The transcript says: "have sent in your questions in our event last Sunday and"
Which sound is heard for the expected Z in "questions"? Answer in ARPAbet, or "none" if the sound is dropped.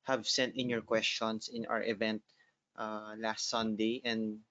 S